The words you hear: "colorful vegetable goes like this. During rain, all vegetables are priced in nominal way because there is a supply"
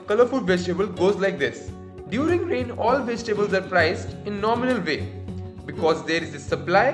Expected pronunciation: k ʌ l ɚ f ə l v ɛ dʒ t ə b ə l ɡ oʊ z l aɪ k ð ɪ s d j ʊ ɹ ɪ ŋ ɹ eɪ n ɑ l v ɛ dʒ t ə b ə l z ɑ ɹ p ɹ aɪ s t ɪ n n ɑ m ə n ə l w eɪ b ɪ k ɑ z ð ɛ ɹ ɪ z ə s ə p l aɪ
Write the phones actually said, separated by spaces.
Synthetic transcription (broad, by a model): k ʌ l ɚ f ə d v ɛ dʒ t ə b ə l ɡ oʊ z l aɪ k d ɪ s d j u ɹ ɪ ŋ ɹ eɪ n ɑ l v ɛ dʒ t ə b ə l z ɑ ɹ p ɹ aɪ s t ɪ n n ɑ m ə n ə l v eɪ b ɪ k ɑ z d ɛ ɹ ɪ z ə s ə p l aɪ